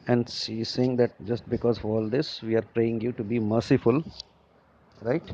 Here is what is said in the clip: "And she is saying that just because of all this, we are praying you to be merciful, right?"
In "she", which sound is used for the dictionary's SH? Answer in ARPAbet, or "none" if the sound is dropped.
S